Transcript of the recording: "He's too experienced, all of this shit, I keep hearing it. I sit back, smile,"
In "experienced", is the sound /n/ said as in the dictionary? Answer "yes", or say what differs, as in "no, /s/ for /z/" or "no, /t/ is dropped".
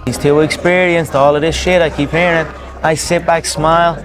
yes